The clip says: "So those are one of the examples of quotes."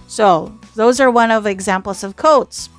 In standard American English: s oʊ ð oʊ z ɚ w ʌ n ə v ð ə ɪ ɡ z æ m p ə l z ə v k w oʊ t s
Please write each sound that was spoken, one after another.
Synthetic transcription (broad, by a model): s oʊ ð oʊ z ɚ w ʌ n ə v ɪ ɡ z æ m p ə l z ə v k oʊ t s